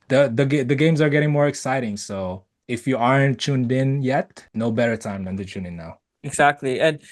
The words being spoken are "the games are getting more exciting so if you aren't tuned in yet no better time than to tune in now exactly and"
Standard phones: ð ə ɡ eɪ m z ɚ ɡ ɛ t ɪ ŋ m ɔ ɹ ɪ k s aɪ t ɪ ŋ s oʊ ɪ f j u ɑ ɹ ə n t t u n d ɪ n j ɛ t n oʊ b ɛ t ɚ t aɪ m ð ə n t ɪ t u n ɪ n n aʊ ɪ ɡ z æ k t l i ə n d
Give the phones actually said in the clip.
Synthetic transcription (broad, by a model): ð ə ɡ eɪ m z ɚ ɡ ɛ t ɪ ŋ m ɔ ɹ ɪ k s aɪ t ɪ ŋ s oʊ ɪ f j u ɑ ɹ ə n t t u n d ɪ n j ɛ t n oʊ b ɛ t ɚ t aɪ m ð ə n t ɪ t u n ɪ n n aʊ ɪ ɡ z æ k t l i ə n